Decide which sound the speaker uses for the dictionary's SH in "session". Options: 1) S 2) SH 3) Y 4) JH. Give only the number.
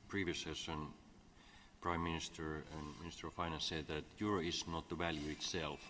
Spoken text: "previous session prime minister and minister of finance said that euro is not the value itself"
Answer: 1